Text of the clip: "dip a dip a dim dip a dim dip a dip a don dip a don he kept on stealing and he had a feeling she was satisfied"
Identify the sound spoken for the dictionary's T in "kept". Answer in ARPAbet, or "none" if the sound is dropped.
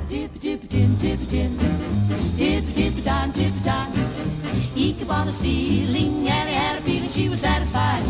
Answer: none